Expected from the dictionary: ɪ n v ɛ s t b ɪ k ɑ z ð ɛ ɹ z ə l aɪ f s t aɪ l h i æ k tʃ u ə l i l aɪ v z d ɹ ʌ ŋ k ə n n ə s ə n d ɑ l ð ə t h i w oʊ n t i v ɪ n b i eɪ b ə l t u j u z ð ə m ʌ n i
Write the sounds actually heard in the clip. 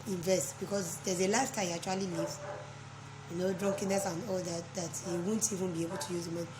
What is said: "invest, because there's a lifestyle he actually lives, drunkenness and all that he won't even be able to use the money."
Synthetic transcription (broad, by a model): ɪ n v ɛ s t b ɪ k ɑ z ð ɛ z ə l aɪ s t aɪ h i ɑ k tʃ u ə l i l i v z d ɹ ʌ ŋ k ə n n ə s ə n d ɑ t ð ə t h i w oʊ n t i v ɪ n b i eɪ b ə l t u j u z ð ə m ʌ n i